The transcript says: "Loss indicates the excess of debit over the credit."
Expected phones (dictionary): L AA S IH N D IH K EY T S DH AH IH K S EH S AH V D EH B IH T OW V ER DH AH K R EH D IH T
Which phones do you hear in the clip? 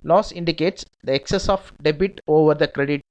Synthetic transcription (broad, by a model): L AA S IH N D IH K EY T S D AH IH K S EH S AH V D EH B IH T OW V ER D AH K R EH D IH T